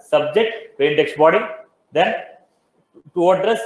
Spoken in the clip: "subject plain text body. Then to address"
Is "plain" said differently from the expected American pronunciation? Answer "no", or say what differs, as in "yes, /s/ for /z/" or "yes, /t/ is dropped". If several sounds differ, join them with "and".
yes, /l/ is dropped